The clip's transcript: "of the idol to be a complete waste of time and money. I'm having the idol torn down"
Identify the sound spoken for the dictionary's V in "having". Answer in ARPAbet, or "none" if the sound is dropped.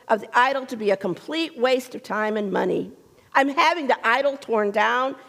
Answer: V